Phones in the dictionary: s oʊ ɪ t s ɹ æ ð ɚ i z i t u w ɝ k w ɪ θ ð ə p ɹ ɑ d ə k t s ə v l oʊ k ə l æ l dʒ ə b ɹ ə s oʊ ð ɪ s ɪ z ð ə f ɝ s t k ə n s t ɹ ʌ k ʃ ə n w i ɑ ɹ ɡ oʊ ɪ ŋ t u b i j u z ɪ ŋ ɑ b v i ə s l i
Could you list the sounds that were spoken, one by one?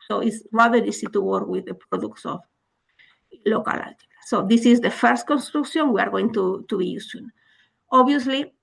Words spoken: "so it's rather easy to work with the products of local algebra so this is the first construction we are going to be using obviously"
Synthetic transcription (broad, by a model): s oʊ ɪ t s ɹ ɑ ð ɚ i s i t u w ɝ k w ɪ ð ə p ɹ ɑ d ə k t s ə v l oʊ k ə l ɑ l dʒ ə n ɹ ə s oʊ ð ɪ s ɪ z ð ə f ɝ s t k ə n s t ɹ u k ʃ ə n w i ɑ ɹ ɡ oʊ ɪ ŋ t u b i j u s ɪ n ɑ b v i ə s l i